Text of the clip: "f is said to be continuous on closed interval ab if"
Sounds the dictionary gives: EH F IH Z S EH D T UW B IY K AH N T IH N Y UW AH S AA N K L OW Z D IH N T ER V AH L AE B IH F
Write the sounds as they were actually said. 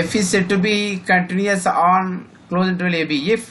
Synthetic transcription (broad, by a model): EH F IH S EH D T UW B IY K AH N T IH N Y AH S AA N K L OW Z IH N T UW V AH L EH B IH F